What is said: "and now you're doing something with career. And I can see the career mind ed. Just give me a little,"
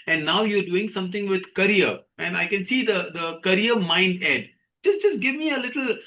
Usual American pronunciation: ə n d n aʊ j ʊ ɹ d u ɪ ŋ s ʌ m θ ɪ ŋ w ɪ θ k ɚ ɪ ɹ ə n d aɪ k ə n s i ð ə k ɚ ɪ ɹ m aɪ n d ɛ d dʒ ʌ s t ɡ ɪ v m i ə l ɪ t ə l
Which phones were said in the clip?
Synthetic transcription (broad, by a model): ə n d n aʊ j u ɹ d u ɪ ŋ s ʌ m t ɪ ŋ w ɪ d k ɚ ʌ ɹ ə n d aɪ k ə n s i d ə k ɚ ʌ ɹ m aɪ n d ɛ d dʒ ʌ s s ɡ ɪ v m i ə l ɪ t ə l